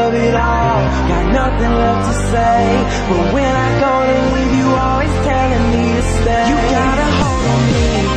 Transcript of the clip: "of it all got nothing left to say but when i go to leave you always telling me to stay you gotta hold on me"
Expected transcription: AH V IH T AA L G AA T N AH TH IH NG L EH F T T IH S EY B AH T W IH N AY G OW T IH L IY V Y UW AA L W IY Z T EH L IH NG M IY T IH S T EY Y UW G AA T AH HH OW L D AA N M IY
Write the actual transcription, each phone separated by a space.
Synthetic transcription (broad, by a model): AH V IH T AA L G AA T N AH TH IH NG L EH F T T IH S EY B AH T W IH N AY G OW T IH W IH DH Y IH AA L W IY Z T EH L IH NG M IY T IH S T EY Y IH G AA T AH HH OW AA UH